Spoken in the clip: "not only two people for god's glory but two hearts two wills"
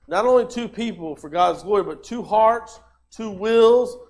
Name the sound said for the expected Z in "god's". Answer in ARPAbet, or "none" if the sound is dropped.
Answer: Z